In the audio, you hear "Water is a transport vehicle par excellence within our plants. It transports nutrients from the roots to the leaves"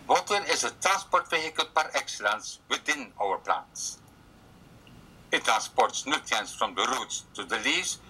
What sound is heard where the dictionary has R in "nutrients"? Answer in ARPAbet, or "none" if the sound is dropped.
none